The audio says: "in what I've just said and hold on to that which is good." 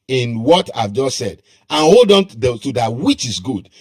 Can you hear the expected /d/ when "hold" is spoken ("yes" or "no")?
yes